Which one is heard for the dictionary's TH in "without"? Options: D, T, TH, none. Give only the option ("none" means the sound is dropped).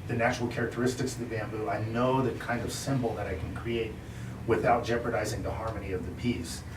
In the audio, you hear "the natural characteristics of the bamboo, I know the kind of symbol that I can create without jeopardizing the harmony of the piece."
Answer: TH